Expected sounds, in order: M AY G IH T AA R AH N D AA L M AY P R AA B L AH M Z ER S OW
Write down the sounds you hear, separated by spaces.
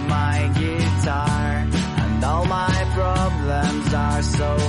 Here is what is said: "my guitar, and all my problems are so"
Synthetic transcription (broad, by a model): M AY G IH T AA R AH N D AA L M AY P R AA B L AH M Z ER S OW